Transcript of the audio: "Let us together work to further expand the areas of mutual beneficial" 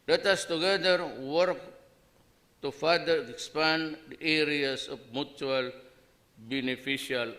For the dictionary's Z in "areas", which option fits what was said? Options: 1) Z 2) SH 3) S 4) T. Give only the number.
3